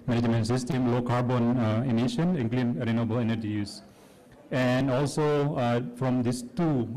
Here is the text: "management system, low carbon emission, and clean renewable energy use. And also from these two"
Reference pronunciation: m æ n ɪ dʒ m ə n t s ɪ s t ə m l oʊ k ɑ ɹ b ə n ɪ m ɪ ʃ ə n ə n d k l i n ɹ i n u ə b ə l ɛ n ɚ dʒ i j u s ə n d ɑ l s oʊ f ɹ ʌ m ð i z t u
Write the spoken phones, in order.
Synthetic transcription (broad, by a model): m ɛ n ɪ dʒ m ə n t s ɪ s t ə m l oʊ k ɑ ɹ b ə n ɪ m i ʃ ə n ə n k l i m ɹ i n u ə b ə l ɛ n ɚ dʒ i j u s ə n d ɑ l s oʊ f ɹ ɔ m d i s t u